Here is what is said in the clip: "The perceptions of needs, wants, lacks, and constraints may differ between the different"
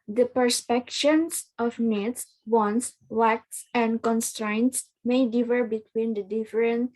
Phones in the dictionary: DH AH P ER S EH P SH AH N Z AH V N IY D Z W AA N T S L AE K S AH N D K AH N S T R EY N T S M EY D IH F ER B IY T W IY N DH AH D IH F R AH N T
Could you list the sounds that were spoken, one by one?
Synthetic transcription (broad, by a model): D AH P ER S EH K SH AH N S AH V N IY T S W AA N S W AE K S AH N D K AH N S T R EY N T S M EY D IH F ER B IY T W IY N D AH D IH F R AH N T